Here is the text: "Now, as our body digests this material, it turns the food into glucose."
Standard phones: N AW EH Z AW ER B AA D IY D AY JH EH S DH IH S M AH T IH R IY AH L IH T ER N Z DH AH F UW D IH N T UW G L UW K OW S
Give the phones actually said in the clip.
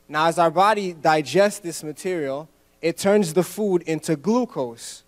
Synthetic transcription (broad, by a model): N AW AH Z AW ER B AA D IY D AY JH EH S DH IH S M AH T IH R IY L IH T ER N Z DH AH F UW D IH N T UW G L UW K OW S